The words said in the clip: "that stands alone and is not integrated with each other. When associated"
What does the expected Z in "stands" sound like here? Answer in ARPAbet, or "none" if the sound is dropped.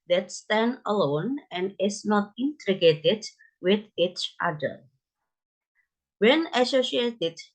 none